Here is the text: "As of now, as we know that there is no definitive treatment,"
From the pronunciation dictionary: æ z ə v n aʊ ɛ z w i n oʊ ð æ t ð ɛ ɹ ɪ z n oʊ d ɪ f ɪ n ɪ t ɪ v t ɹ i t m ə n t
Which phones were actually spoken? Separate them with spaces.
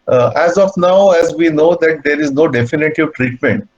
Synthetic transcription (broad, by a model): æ z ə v n aʊ ɛ z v i n oʊ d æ t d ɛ ɹ ɪ z n oʊ d ɪ f ɪ n ɪ t ɪ v t ɹ i t m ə n t